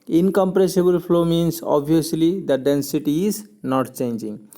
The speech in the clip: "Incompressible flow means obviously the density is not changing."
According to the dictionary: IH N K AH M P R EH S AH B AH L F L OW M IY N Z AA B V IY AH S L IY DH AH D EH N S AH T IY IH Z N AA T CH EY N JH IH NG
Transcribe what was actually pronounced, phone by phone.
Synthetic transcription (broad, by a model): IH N K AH M P R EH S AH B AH L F L OW M IY N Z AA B IY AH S L IY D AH D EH N S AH T IY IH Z N AA T CH EY N JH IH NG